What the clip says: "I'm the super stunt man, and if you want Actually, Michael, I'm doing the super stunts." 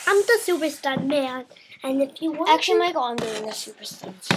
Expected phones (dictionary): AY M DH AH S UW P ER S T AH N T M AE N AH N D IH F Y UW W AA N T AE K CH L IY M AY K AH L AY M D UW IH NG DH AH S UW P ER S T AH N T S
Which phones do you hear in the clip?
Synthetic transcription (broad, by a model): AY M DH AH S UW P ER S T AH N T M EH AH N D IH F Y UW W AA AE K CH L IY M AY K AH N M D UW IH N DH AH S UW P ER S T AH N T